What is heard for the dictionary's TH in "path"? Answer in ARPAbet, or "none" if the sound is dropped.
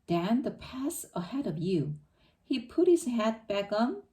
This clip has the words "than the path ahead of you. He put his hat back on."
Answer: S